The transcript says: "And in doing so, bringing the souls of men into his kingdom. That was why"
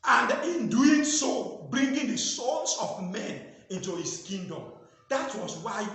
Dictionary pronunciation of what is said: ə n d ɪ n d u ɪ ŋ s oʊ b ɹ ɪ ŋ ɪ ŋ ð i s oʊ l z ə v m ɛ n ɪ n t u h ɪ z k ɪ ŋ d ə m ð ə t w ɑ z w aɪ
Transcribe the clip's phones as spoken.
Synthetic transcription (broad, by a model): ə n d ɪ n d u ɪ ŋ s oʊ b ɹ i ŋ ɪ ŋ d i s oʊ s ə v m ɛ n ɪ n t u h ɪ s k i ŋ d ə m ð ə t w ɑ s w aɪ